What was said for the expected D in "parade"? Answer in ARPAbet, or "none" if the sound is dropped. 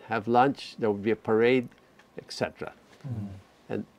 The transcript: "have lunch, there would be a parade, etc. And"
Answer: D